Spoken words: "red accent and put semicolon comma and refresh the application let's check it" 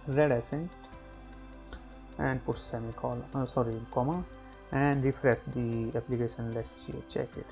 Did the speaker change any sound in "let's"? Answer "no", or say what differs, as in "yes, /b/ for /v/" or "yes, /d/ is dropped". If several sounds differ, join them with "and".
yes, /s/ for /t/